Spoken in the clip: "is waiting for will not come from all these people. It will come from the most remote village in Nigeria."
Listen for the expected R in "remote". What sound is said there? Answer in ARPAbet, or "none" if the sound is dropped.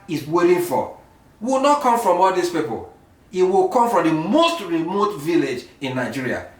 R